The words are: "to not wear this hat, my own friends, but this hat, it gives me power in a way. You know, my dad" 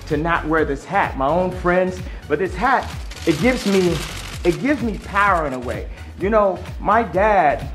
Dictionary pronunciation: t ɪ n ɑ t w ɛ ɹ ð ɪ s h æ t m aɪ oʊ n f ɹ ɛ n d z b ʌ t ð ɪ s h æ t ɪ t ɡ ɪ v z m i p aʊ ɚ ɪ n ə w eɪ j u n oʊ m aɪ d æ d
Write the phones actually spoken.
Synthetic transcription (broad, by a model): t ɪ n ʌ t w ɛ ɹ ð ɪ s h æ t m aɪ oʊ n f ɹ ɛ n d z b ʌ t ð ɪ s h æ t ɪ t ɡ ɪ v z m i p aʊ ɚ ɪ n ə w eɪ j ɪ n oʊ m aɪ d æ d